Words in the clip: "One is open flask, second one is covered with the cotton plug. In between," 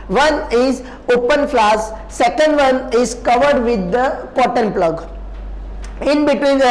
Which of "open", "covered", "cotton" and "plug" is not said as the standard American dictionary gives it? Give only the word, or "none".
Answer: none